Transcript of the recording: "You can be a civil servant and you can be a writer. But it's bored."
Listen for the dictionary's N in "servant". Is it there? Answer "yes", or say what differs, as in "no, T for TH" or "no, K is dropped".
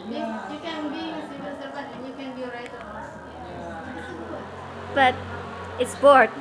no, N is dropped